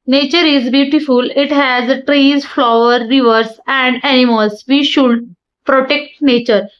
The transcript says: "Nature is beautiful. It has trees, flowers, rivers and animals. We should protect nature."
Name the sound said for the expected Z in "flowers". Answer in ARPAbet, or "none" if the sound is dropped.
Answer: none